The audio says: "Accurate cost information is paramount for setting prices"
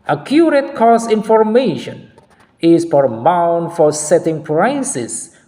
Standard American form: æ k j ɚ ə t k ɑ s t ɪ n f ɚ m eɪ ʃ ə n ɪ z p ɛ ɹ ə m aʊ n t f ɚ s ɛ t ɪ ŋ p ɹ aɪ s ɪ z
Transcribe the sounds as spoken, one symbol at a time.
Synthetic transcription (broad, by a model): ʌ k j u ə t k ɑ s ɪ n f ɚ m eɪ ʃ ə n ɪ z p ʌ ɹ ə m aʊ n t f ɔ s ɛ t ɪ ŋ p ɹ aɪ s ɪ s